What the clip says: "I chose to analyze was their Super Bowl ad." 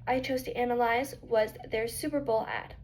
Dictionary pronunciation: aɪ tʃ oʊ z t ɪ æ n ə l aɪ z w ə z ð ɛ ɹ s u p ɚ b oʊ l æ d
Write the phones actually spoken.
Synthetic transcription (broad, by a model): aɪ tʃ oʊ z t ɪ æ n ə l aɪ z w ə z ð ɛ ɹ s u p ɚ b oʊ l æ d